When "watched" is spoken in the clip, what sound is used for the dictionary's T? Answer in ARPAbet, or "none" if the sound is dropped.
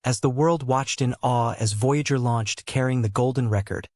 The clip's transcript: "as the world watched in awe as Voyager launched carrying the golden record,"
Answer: T